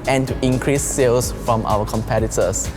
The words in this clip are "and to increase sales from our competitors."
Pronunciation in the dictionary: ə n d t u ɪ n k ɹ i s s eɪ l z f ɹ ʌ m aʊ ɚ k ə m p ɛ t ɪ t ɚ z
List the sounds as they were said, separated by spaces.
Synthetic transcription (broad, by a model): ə n t u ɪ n k ɹ i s s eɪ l s f ɹ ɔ m aʊ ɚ k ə m p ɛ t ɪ t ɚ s